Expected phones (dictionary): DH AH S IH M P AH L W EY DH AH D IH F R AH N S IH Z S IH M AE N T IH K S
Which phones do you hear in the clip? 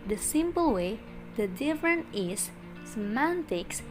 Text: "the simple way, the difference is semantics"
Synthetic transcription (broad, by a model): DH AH S IH M P AH L W EY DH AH D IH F R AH N IH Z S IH M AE N T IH K S